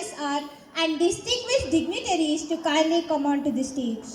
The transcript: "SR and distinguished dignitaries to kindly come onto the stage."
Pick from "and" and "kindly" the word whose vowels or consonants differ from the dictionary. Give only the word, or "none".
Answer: kindly